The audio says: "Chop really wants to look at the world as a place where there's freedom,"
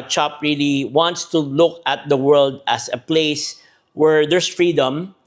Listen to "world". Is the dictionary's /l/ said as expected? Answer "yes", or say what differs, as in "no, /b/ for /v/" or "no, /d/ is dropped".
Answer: yes